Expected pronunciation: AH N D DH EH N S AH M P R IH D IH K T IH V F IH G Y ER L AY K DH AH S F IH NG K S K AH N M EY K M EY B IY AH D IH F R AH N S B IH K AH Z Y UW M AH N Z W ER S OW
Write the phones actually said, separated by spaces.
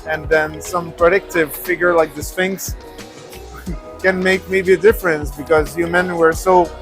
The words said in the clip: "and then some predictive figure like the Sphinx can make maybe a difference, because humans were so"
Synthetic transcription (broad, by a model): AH N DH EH N S AH M P R IH D IH K T IH V F IH G Y ER L AY K DH AH S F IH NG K S K AH N M EY K M EY B IY AH D IH F R AH N S B IH K AH Z Y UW M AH N W ER S OW